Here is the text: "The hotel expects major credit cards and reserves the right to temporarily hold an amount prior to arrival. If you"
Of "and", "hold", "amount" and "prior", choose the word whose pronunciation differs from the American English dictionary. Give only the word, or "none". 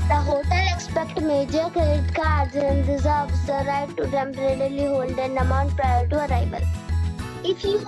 none